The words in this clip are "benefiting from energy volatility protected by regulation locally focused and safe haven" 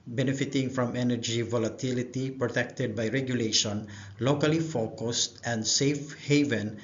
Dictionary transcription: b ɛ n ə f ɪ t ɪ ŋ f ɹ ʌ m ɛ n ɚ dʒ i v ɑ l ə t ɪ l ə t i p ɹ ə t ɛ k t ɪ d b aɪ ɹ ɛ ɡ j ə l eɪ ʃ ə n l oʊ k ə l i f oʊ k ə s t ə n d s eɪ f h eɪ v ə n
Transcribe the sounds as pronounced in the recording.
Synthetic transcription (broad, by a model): b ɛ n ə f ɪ t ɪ ŋ f ɹ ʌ m ɛ n ɚ dʒ i v ɑ l ə t ɪ l ə t i p ɹ ə t ɛ k t ɪ d b aɪ ɹ ɛ ɡ j ə l eɪ ʃ ə n l oʊ k ə l i f oʊ k ə s t ə n d s eɪ f h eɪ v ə n